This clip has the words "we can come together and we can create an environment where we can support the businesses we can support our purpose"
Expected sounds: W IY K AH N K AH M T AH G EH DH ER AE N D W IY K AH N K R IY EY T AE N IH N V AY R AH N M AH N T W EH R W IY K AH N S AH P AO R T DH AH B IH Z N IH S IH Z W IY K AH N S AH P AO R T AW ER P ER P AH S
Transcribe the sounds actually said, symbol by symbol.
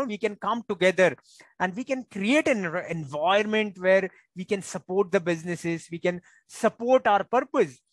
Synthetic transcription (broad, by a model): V IY K AH N K AH M T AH G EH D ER AE N D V IY K AH N K R IY EY T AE N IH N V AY AH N M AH N T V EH R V IY K AH N S AH P AO R T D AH B IH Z N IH S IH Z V IY K AH N S AH P AO R T AW ER P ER P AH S